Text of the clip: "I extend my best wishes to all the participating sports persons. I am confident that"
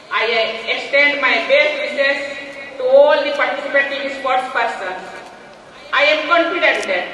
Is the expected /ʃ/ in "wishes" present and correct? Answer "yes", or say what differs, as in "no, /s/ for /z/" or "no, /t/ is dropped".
no, /s/ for /ʃ/